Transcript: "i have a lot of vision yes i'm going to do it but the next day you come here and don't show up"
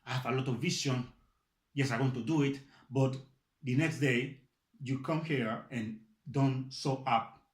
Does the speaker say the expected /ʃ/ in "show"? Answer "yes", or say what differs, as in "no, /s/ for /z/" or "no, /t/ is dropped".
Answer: no, /s/ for /ʃ/